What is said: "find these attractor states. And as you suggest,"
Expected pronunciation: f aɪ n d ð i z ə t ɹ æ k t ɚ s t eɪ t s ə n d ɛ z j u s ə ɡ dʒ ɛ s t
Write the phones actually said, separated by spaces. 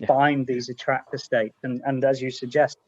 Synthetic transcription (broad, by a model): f aɪ n ð i z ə t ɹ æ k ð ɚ s t eɪ t s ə n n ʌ z j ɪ s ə ɡ dʒ ɛ s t